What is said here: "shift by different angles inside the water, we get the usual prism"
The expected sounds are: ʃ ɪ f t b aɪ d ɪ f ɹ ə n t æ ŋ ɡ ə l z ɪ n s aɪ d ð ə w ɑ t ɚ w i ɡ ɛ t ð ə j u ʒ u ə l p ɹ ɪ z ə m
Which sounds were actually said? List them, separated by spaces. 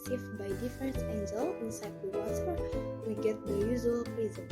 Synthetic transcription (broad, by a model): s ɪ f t b aɪ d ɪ f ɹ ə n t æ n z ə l ɪ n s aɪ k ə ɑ s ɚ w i ɡ ɛ t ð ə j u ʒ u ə l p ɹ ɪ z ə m